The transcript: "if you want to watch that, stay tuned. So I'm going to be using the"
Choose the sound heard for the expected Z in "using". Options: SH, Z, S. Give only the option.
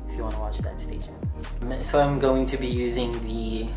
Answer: Z